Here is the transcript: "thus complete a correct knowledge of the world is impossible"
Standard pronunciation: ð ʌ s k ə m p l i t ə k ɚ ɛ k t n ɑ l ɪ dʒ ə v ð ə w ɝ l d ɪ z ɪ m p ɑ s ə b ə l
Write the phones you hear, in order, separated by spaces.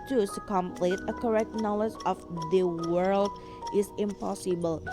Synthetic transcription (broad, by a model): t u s k ə m p l i t ə k ɚ ɛ k t n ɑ l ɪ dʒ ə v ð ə w ɝ l d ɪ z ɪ m p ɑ s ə b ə l